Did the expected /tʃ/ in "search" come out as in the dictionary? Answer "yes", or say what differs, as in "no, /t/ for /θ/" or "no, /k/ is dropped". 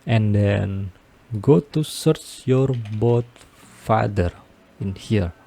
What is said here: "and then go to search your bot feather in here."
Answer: yes